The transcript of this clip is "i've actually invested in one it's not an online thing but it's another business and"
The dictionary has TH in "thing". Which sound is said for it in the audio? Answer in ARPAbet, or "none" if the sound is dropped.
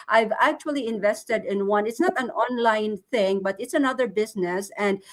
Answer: TH